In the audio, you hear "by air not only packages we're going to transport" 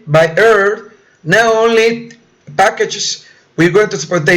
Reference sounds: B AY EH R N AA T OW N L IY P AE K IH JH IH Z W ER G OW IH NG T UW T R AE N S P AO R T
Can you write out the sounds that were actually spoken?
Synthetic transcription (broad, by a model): B AY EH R N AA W OW N L IY P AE K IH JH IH S W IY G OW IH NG T UW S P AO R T